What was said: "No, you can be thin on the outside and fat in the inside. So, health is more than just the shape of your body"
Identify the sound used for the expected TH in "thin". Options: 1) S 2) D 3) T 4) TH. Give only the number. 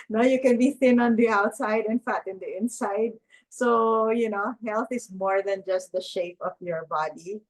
4